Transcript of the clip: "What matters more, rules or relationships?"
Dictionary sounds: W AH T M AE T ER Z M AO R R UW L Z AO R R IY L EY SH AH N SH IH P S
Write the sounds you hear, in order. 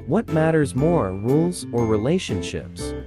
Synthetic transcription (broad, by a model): W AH T M AE T ER Z M AO R R UW L Z AO R R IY L EY SH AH N SH IH P S